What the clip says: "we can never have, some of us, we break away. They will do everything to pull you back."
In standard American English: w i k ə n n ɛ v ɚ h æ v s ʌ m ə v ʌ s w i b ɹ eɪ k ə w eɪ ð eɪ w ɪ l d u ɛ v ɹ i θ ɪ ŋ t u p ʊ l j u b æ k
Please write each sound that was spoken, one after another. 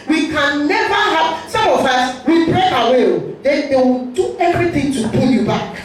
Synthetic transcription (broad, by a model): w i k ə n n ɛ v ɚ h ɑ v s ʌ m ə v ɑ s w i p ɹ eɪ ə w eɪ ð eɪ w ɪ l d u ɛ v ɹ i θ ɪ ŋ t u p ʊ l j u b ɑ k